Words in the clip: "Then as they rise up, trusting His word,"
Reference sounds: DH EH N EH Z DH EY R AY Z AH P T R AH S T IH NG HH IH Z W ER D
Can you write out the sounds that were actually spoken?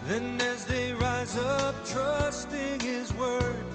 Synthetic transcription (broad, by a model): DH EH N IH Z DH EY R AY Z AH P T R AH S T IH NG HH IH Z W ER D